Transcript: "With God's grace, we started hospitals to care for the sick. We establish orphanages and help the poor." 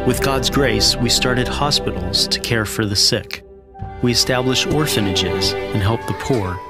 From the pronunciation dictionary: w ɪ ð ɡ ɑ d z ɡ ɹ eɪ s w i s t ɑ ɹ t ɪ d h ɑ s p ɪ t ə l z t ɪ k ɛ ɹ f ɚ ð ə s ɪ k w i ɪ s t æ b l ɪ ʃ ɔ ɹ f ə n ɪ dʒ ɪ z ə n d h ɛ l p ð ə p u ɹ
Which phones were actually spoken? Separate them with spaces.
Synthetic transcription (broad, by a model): w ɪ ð ɡ ɑ d z ɡ ɹ eɪ s w i s t ɑ ɹ t ɪ d h ɑ s p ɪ t l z t ɪ k ɛ ɹ f ɚ ð ə s ɪ k w i ɪ s t æ b l ɪ ʃ ɔ ɹ f ə n ɪ dʒ ɪ z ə n h ɛ l p ð ə p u ɹ